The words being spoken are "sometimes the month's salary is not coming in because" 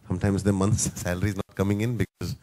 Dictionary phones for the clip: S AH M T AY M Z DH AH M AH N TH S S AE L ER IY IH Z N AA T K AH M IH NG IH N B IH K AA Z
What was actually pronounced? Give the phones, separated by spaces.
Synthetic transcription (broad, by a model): S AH M T AY M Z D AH M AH N T S S AE L ER IY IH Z N AA T K AH M IH NG IH N B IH K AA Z